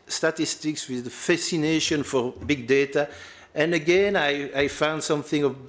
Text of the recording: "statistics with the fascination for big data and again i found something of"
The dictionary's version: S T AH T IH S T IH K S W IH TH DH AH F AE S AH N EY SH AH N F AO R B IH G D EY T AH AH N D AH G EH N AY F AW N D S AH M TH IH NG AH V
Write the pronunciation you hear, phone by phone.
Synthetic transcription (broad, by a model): S T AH T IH S T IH K S W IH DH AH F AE S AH N EY SH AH N F AO R B IH G D EY T AH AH N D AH G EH N AY F AW N D S AH M TH IH NG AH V